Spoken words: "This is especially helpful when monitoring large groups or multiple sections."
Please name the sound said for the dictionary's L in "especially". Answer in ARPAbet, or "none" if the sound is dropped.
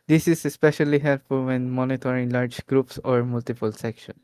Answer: L